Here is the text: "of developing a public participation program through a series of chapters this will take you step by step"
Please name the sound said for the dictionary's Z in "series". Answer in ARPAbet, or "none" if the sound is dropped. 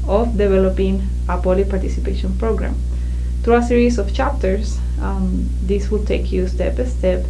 S